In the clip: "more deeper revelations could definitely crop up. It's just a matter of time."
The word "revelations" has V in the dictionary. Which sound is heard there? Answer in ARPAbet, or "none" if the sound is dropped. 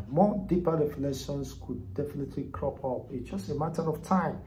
F